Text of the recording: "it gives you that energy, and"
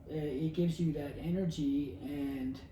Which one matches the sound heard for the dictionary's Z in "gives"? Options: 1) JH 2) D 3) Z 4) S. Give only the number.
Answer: 3